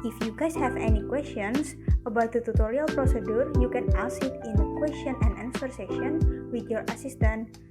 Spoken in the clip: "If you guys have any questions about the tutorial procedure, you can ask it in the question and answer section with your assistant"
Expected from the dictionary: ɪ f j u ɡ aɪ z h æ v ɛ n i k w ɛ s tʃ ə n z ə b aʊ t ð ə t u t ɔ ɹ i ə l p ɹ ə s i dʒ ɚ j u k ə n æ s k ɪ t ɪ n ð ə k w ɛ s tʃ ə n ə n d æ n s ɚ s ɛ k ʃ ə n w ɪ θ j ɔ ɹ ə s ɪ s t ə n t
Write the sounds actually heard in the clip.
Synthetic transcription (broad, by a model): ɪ f j u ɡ aɪ s h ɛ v ɛ n i k w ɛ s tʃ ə n s ə b aʊ t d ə t u t ɔ ɹ i ə l p ɹ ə s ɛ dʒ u j u k ə n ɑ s ɪ t ɪ n k w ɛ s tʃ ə n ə n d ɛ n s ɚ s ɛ ʃ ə n w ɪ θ j ɔ ɹ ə s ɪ s t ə n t